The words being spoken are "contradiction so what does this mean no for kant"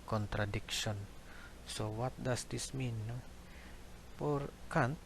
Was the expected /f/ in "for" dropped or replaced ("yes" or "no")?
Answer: yes